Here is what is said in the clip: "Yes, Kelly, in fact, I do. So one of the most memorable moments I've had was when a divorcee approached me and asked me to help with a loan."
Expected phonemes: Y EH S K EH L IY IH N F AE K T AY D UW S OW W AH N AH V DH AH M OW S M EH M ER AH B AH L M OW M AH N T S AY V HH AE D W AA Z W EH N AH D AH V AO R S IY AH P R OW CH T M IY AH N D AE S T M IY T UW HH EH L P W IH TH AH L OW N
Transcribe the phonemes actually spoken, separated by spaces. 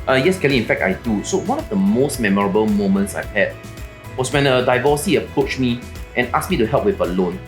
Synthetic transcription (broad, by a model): Y EH S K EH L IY IH N F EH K T AY D UW S OW W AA N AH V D AH M OW S M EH M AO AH B AH L M OW M AH N T S AY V HH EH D W AA S W EH N AH D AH V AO S IY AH P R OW CH M IY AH N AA S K M IY T UW HH EH L P W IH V AH L OW N